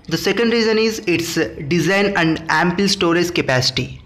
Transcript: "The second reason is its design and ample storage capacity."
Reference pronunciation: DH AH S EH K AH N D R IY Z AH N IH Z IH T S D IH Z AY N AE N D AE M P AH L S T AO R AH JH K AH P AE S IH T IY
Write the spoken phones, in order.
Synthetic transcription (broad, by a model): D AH S EH K AH N D R IY Z AH N IH Z IH T S D IH Z AY N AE N D AE M P AH L S T AO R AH Z K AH P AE S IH T IY